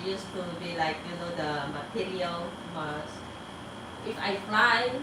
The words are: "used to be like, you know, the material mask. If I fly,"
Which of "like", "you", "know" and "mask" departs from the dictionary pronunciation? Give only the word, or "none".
mask